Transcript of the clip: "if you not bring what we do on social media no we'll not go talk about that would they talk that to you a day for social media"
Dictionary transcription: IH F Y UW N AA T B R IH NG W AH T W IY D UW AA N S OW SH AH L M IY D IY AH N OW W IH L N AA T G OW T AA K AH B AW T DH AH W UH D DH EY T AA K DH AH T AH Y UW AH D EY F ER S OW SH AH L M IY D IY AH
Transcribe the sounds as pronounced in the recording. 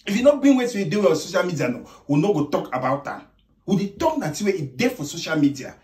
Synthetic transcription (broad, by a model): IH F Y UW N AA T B IH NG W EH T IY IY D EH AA S OW SH AH L M IY D IY AH N OW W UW N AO G OW T AA K AH B AW T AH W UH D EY T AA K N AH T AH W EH AH D EY F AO S OW SH AH L M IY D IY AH